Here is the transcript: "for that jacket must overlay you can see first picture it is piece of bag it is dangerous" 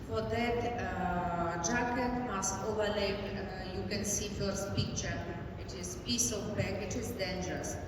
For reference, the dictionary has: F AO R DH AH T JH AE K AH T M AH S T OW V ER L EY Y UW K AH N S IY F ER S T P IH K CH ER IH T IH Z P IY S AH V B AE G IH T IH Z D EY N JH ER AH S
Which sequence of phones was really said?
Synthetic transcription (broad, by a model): F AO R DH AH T JH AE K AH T M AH S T OW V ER L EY Y UW K AH N S IY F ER S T P IH K CH ER IH T IH Z P IY S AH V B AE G IH T IH Z D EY N JH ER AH S